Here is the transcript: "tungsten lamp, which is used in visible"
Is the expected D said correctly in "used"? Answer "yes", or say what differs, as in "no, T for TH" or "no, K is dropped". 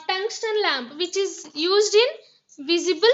yes